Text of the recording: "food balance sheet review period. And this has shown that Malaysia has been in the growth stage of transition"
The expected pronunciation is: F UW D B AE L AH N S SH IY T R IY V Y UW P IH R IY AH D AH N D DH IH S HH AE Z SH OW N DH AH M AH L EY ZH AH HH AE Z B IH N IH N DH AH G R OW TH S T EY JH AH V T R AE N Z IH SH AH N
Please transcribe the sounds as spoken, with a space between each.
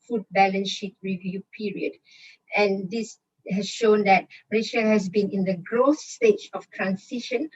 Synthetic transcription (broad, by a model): F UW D B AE L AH N SH IY T R IY V Y UW P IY R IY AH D AH N D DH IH S HH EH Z SH OW N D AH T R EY SH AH HH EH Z B IH N IH N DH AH G R OW S S T EY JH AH F T R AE N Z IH SH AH N